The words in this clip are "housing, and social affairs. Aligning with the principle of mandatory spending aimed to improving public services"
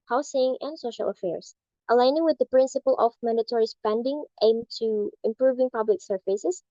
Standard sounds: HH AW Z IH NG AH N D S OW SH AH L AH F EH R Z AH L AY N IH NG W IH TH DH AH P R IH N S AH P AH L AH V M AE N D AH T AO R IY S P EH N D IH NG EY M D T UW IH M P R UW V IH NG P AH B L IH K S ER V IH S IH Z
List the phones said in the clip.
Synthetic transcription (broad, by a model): HH AW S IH NG AH N D S OW SH AH L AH F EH R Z AH L AY N IH NG W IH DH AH P R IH N S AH P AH L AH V M AE N D AH T AO R IY S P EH N D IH NG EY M T UW IH M P R UW V IH NG P AH B L IH K S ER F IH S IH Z